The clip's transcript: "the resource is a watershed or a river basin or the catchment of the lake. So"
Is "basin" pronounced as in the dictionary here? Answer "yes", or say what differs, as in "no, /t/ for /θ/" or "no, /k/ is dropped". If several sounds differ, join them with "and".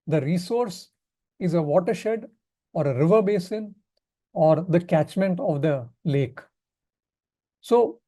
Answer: yes